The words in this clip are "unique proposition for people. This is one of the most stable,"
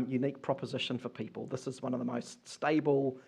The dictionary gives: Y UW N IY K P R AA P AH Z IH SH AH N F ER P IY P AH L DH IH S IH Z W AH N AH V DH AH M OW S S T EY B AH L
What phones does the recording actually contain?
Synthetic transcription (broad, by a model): Y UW N IY K P R AA P AH Z IH SH AH N F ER P IY P AH L DH IH S IH Z W AH N AH V DH AH M OW S S T EY B AH L